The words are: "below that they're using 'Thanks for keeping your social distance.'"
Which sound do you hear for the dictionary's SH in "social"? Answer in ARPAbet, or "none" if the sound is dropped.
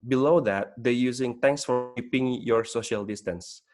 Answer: SH